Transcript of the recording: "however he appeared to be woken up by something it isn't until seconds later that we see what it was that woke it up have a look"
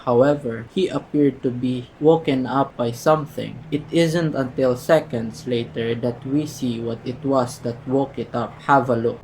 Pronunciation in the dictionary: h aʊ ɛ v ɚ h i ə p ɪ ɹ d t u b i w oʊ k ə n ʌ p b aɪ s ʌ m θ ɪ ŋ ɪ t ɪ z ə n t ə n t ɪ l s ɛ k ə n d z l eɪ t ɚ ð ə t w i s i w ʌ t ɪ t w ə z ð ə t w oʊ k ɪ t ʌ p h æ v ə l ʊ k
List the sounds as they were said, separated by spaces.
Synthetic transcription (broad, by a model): h aʊ ɛ v ɚ h i ə p ɪ ɹ d t u b i w oʊ k ə n ʌ p b aɪ s ʌ m θ ɪ ŋ ɪ t ɪ z ə n t ə n t ɪ l s ɛ k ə n d s l eɪ t ɚ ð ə t w i s i w ʌ t ɪ t w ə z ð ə t w oʊ k ɪ t ʌ p h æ v ə l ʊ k